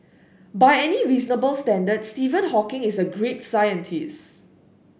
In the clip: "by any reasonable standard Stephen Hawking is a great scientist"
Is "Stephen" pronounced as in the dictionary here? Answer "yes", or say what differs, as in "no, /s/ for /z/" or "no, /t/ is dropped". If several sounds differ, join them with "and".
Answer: yes